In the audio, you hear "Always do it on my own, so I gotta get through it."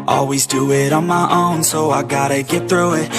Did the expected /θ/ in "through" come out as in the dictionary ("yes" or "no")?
yes